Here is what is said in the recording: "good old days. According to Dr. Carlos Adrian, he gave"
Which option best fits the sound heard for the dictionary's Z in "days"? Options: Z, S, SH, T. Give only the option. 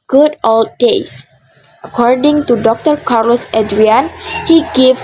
S